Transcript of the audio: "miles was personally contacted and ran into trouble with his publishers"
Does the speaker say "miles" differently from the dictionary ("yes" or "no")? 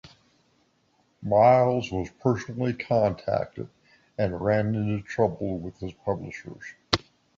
no